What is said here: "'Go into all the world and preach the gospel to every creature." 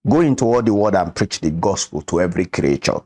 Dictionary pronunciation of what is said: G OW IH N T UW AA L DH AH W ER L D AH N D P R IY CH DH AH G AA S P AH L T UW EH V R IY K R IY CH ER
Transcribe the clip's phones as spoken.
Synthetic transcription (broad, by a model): G OW IH N T UW AA L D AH W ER D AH N P R IY CH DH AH G AA S P AH L T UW EH V R IY K R IY CH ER